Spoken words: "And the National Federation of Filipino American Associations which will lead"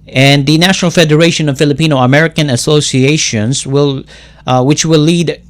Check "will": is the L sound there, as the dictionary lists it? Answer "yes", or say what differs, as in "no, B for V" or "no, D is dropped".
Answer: no, W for L